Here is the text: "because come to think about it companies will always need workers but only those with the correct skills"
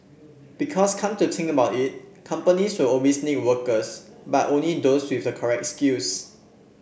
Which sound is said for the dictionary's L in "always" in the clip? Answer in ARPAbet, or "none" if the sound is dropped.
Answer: none